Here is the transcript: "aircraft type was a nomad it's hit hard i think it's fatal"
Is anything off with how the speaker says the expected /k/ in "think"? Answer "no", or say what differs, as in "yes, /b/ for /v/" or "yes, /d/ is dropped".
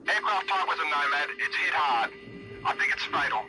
no